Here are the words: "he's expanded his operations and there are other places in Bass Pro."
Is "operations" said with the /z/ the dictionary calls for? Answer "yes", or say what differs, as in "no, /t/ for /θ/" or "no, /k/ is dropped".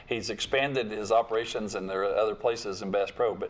yes